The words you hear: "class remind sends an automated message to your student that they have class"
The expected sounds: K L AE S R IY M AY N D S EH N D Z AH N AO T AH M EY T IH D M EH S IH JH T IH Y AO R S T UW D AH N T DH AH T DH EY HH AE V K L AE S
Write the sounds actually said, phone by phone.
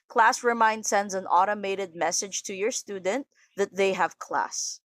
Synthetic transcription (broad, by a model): K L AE S R IY M AY N D S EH N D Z AH N AO T AH M EY T IH D M EH S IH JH T IH Y AO R S T UW D AH N T DH AH T DH EY HH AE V K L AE S